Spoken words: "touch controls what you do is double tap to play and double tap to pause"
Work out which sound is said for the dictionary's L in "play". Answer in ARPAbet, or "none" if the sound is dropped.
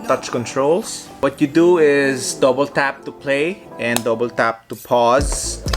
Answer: L